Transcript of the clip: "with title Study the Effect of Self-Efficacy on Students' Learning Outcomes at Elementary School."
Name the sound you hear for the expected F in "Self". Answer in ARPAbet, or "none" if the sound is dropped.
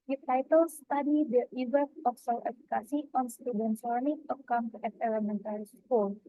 none